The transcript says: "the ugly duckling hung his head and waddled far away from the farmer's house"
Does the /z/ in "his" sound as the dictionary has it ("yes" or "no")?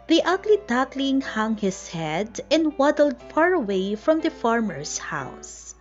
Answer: no